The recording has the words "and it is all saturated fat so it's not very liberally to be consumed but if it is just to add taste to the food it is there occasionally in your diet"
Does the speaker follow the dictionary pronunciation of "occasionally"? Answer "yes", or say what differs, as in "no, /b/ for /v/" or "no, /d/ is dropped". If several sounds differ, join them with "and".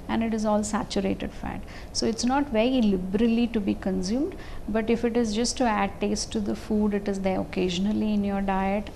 yes